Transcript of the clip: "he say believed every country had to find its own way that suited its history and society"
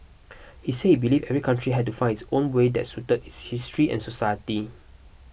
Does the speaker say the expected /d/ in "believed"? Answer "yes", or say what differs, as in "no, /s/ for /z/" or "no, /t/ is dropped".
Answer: no, /d/ is dropped